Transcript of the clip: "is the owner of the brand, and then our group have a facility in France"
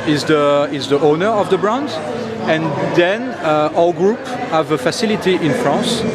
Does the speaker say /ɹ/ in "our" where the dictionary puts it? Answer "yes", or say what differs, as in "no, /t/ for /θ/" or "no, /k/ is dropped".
no, /l/ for /ɹ/